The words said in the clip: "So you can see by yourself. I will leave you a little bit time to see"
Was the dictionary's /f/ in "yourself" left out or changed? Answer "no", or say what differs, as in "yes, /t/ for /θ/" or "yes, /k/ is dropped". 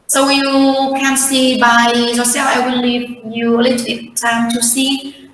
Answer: yes, /f/ is dropped